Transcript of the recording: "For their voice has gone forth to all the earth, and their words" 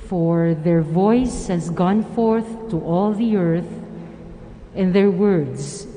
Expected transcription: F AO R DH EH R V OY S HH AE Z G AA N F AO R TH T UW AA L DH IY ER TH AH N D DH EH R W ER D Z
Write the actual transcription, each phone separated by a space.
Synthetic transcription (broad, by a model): F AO R DH EH R V OY S HH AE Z G AA N F AO R TH T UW AA L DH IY ER TH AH N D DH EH R W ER D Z